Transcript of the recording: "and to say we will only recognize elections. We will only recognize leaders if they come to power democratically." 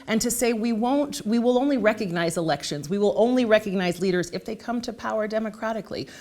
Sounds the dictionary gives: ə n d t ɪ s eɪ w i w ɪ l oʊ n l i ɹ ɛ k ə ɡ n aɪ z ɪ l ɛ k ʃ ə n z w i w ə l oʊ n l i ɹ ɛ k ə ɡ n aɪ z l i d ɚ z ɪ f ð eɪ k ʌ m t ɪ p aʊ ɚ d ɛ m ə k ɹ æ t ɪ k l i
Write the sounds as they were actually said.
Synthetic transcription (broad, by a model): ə n t ɪ s eɪ w i w ɪ l oʊ n l i ɹ ɛ k ə ɡ n aɪ z ɪ l ɛ k ʃ ə n z w i w ə l oʊ n l i ɹ ɛ k ə ɡ n aɪ z l i d ɚ z ɪ f ð eɪ k ʌ m t ɪ p aʊ ɚ d ɛ m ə k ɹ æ t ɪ k l i